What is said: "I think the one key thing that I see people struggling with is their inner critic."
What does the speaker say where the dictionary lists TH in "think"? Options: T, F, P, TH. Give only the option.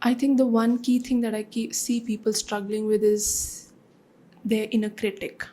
T